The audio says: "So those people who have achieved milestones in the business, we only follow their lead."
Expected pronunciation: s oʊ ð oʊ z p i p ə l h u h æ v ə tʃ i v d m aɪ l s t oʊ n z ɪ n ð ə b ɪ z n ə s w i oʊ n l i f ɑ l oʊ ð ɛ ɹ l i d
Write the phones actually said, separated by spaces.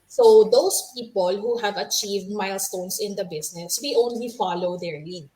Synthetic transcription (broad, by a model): s oʊ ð oʊ s p i p ə l h u h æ v ə tʃ i v d m aɪ l s t oʊ n s ɪ n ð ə b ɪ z n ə s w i oʊ n l i f ɑ l oʊ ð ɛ ɹ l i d